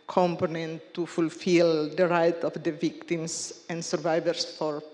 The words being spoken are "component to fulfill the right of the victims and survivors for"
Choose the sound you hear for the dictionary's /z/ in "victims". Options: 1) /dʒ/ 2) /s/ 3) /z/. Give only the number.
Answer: 2